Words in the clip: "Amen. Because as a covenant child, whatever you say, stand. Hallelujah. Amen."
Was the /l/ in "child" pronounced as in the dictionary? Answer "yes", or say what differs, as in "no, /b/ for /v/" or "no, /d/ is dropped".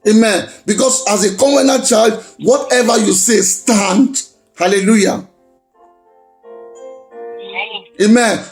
yes